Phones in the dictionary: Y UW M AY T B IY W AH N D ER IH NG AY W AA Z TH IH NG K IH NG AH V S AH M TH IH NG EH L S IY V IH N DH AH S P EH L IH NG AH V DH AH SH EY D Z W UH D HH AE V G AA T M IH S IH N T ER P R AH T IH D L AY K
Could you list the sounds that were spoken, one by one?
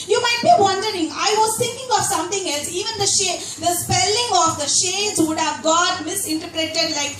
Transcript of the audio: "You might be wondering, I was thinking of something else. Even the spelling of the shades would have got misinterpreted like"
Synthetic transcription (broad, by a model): Y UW M AY T B IY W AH N D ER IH NG AY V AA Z T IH NG K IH NG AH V S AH M T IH NG EH L S IY V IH N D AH S P EH L IH NG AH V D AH SH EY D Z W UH D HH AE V G AA T M IH S IH N T ER P R AH T IH D L AY K